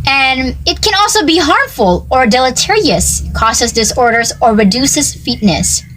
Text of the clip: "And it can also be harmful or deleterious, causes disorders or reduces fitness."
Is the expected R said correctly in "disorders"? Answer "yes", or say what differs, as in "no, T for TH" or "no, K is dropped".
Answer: yes